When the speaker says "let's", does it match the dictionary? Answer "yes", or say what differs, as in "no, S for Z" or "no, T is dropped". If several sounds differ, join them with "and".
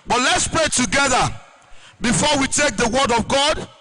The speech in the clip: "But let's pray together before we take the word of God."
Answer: yes